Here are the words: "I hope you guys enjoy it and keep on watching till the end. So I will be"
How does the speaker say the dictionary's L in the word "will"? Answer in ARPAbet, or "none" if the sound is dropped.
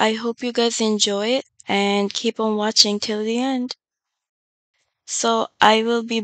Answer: L